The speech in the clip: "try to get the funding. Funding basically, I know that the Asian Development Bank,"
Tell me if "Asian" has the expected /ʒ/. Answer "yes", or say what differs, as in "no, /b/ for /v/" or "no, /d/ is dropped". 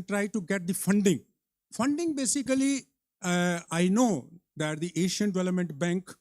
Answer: no, /ʃ/ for /ʒ/